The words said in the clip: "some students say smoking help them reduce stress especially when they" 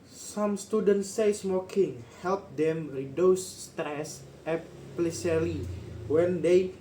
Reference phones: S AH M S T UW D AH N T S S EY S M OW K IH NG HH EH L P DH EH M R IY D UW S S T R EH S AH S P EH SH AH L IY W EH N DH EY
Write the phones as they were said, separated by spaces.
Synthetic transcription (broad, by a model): S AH M S T UW D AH N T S S EY S M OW K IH NG HH EH L P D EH M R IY D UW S S T R EH S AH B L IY S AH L IY W EH N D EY